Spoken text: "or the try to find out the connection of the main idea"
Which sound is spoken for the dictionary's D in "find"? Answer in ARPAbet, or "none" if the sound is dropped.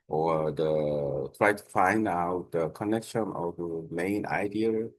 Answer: D